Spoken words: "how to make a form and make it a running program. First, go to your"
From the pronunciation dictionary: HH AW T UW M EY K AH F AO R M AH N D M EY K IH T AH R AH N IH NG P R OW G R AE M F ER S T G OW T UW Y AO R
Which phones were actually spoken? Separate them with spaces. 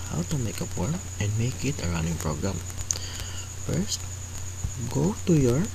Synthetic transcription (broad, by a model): HH AW T UW M EY K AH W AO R AH N D M EY K IH T AH R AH N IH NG P R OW G R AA M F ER S T G OW T UW Y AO R